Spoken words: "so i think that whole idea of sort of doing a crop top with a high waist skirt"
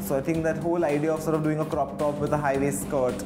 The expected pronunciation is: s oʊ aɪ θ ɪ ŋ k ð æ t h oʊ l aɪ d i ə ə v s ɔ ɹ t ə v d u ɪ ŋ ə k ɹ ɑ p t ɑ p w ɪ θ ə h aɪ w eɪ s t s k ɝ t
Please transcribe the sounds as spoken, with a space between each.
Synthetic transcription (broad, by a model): s oʊ aɪ t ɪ ŋ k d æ t h oʊ l aɪ d i ə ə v s ɔ ɹ t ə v d u ɪ ŋ ə k ɹ ɑ p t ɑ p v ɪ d ə h aɪ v eɪ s s k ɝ t